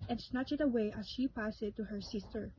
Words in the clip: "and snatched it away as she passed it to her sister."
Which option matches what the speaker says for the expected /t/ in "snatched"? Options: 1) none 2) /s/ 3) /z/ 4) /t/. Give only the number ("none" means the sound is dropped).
1